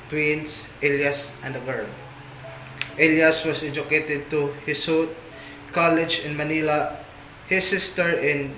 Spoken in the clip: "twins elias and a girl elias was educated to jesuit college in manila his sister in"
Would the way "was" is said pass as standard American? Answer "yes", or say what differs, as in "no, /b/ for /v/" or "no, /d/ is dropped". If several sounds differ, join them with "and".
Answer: no, /s/ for /z/